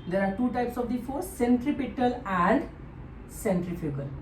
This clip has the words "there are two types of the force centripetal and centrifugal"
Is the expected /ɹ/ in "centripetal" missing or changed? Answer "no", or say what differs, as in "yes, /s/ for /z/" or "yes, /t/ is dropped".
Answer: no